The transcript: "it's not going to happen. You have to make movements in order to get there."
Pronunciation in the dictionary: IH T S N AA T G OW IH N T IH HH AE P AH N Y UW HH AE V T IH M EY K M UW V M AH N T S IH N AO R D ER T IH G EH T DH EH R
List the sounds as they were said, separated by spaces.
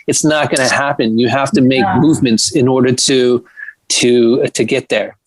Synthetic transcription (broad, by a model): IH T S N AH T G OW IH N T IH HH AE P AH N Y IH HH AE F T IH M EY K M UW V M AH N T S IH N AO R D ER T IH G EH T DH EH R